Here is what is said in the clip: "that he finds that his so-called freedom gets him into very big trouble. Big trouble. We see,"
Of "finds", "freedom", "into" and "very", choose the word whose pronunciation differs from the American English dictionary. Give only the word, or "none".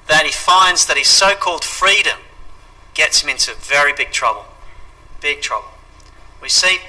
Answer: none